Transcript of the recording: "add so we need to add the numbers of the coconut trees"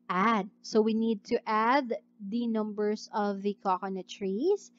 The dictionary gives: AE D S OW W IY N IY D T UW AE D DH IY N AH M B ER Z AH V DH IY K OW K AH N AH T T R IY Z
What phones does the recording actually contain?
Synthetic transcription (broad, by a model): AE D S OW W IY N IY D T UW AE D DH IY N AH M B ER S AH V DH IY K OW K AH N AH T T R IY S